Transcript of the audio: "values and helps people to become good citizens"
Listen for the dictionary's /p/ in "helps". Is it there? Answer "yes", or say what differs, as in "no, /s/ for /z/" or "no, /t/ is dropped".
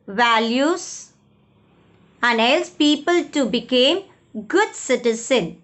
no, /p/ is dropped